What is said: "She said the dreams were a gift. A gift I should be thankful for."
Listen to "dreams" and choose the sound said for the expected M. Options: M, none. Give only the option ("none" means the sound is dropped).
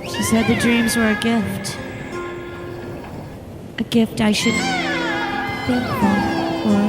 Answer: M